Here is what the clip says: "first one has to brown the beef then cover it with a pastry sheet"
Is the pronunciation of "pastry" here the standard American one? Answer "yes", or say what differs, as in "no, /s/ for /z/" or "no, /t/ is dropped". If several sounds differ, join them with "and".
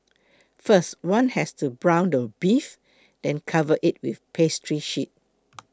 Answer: yes